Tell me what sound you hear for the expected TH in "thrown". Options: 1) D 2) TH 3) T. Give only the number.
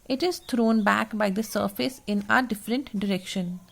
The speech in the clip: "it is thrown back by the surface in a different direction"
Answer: 3